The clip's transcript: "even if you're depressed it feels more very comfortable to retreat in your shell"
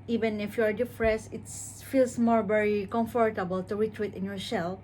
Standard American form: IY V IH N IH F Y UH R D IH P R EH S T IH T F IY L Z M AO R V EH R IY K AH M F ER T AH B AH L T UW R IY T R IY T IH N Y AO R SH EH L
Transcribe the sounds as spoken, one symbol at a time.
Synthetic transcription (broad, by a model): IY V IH N IH F Y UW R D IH F R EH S IH T F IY L S M AO R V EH R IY K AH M F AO T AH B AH L T UW R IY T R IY T IH N Y AO R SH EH L